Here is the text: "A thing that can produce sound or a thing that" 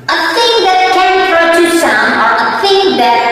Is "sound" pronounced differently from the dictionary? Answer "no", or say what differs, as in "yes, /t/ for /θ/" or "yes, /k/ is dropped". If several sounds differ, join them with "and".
yes, /d/ is dropped